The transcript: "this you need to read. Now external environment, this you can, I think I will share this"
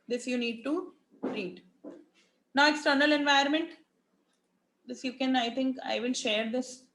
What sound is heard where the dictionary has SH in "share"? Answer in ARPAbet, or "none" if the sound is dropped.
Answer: SH